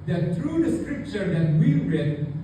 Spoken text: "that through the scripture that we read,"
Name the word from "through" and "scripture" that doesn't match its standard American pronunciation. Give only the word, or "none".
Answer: through